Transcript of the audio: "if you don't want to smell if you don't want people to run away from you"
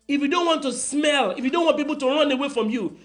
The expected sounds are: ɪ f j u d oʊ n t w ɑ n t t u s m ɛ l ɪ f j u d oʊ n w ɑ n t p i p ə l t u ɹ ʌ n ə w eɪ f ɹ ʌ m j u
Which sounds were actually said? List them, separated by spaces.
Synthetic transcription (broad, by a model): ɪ f j u d oʊ n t w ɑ n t t u s m ɛ l ɪ f j u d oʊ n w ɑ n p i p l t u ɹ ʌ n ə w eɪ f ɹ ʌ m j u